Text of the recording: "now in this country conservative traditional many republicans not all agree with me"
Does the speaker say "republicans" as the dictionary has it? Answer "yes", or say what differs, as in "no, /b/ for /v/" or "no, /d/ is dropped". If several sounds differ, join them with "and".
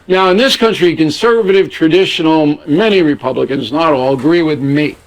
yes